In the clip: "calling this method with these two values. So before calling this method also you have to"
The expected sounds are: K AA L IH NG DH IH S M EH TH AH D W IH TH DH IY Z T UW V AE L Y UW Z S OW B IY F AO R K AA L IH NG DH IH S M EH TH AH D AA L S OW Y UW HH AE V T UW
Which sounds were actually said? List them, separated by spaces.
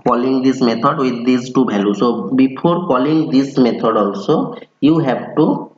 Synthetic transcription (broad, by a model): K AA L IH NG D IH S M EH T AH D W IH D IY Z T UW B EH L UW S OW B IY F AO R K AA L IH NG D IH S M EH T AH D AA L S OW Y UW HH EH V T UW